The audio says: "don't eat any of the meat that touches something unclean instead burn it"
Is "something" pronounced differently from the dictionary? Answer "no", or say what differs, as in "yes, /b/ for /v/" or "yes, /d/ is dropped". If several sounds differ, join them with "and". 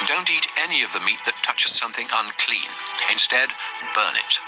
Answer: no